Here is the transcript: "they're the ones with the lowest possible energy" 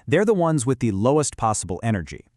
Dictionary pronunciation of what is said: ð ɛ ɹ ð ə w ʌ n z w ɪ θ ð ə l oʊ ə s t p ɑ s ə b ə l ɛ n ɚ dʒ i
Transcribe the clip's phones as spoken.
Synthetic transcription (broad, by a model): ð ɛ ɹ ð ə w ʌ n z w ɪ ð ə l oʊ ə s t p ɑ s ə b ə l ɛ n ɚ dʒ i